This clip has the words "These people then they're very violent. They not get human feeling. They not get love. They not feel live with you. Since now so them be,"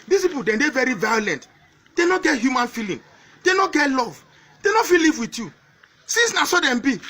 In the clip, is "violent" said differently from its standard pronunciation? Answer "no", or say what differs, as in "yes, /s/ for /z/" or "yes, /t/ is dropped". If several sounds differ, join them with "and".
no